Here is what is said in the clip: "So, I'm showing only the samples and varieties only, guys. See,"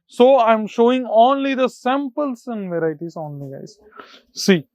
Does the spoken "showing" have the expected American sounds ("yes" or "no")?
yes